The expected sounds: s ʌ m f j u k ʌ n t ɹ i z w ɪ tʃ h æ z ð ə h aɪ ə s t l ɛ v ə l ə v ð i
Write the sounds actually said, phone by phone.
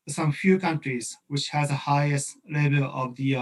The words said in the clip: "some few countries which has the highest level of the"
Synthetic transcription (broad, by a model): s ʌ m f j u k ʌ n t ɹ i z w ɪ tʃ h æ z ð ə h aɪ ə s t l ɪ b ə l ə v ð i